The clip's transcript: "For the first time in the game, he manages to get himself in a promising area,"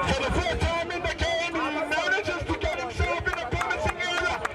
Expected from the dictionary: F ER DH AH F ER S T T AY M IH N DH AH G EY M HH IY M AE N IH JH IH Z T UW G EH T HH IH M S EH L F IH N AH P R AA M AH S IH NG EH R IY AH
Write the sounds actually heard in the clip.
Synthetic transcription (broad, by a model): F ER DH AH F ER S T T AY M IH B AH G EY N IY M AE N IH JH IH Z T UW G EH T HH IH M S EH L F IH N AH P AA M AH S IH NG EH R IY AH